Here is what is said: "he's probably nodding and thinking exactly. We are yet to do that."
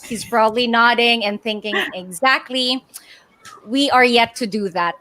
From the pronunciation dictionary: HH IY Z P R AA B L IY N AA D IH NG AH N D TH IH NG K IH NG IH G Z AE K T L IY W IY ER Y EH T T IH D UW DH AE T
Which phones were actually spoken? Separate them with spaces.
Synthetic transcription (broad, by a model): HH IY Z B R AA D L IY N AA D IH NG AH N TH IH NG K IH NG IH G Z AE K T L IY W IY ER Y EH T T IH D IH DH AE T